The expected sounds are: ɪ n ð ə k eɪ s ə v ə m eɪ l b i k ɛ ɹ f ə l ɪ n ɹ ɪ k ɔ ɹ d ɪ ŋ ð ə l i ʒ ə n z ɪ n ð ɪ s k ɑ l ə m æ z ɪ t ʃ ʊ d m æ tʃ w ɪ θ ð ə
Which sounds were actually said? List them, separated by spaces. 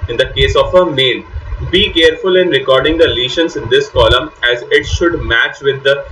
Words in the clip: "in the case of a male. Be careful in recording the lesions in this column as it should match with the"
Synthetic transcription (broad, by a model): ɪ n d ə k eɪ s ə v ə m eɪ n b i k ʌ ɹ f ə l ɪ n ɹ ɪ k ɔ ɹ d ɪ ŋ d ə l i ʃ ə n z ɪ n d ɪ s k ɑ l ə m æ z ɪ t ʃ ʊ d m æ tʃ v ɪ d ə